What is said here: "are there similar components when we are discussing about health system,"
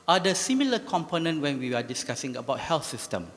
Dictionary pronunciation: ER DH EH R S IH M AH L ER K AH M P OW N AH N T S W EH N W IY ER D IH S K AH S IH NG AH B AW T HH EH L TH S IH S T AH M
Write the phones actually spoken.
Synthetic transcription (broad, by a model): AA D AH S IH M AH L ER K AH M P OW N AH N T W EH N W IY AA D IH S K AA S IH NG AH B AW T HH EH L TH S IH S T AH M